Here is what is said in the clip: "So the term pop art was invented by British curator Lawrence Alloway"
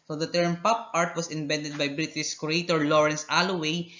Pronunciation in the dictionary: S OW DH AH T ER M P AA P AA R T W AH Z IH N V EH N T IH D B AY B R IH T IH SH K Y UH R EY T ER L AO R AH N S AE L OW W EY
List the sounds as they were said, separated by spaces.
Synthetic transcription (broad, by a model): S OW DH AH T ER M P AA P AA R T W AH S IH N B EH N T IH D B AY B R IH T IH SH K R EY T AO L AO R AH N S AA L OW W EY